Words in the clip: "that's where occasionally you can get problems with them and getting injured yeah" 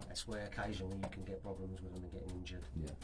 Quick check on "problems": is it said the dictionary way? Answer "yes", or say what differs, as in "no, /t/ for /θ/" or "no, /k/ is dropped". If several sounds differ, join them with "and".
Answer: yes